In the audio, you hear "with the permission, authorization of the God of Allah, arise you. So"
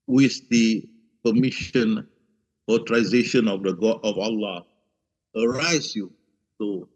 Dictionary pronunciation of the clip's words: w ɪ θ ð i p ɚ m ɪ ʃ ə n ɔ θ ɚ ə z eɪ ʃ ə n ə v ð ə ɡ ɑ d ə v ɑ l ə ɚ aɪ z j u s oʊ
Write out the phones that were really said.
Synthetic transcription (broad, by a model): w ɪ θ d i p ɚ m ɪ ʃ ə n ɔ t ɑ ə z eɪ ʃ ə n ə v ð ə ɡ ɑ d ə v ɑ l ə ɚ aɪ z j u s oʊ